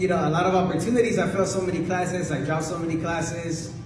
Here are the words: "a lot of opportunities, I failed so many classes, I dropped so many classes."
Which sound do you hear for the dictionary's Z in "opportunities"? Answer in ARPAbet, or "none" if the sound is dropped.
Z